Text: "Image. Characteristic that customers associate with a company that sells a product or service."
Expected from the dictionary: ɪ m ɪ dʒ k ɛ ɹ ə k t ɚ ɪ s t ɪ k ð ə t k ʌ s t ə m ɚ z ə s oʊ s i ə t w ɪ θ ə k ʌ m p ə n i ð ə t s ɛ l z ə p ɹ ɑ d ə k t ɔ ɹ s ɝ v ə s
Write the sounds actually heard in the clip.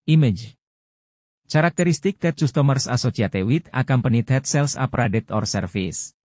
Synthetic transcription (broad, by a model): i m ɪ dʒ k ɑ ɹ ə k t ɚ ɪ s t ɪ k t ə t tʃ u s t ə m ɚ s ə s oʊ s i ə t w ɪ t ə k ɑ m p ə n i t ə t s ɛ l s ə p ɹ ɑ d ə t ɔ ɹ s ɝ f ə s